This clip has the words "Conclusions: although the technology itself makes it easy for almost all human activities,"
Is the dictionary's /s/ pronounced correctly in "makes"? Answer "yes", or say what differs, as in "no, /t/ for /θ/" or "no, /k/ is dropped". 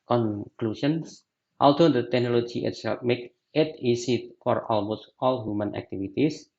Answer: no, /s/ is dropped